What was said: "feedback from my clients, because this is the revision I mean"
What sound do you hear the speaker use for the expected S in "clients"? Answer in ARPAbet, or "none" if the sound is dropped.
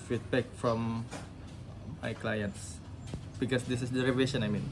S